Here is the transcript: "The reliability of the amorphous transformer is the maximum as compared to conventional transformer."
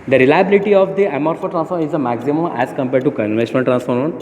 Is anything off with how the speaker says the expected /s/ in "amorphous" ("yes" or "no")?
yes